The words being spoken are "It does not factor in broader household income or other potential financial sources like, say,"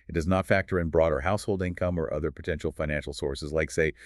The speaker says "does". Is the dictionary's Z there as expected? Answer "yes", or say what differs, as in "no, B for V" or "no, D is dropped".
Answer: yes